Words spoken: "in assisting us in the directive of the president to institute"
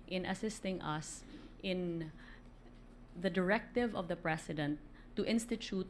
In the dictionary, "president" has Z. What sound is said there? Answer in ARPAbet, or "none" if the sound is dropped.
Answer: S